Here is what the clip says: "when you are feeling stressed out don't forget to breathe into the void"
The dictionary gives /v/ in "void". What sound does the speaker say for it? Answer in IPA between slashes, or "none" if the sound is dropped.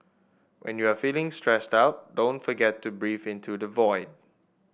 /v/